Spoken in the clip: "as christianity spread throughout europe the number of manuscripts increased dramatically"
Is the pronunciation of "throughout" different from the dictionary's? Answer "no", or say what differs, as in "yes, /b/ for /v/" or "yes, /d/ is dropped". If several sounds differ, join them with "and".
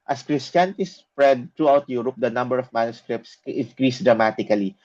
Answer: yes, /t/ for /θ/